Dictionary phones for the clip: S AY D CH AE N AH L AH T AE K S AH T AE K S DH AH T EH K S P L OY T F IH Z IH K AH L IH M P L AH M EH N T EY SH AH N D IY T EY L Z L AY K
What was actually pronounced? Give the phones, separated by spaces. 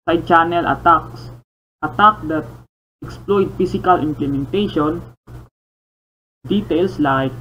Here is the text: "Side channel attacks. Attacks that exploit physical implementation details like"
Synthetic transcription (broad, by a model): S AY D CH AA N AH L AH T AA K S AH T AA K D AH T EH K S P L OY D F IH S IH K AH L IH M P L AH M EH N T EY SH AH N D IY T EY L S L AY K